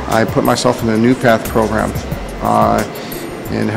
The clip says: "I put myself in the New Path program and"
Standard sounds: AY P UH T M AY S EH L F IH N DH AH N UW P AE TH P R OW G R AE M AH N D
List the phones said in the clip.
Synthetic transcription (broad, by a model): AY P UH T M AY S EH L F IH N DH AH N UW P AE TH P R OW G R AE M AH N